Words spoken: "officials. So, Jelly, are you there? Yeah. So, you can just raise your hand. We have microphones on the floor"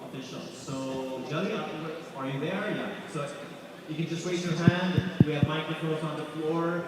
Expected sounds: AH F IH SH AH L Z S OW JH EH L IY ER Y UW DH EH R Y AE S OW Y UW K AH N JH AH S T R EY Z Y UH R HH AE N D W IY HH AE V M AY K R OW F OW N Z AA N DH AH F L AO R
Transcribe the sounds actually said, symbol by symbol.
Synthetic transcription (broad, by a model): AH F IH SH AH L S OW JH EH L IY ER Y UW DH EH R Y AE S OW Y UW K AH N JH AH S T W EY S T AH R HH AE N D W IY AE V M AY K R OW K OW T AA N DH AH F L AO R